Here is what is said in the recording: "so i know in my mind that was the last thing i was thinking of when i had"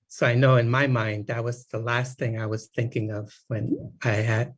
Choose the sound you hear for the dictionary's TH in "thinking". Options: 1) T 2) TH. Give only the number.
2